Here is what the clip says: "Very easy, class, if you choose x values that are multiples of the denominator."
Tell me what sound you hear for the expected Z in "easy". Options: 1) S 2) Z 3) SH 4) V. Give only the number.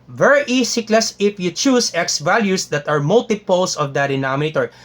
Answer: 1